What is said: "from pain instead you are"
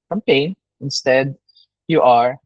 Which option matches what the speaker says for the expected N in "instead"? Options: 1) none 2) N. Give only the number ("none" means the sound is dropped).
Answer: 2